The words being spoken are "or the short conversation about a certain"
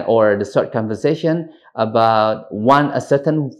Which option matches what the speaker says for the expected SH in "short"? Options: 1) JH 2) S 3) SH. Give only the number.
2